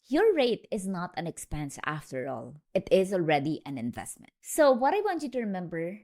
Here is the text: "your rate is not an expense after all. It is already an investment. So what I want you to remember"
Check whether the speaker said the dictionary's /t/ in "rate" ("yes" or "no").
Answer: yes